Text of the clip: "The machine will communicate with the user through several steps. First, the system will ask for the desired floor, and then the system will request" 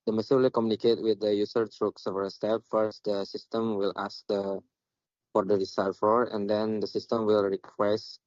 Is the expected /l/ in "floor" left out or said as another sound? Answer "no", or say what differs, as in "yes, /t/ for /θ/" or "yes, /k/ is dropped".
yes, /l/ is dropped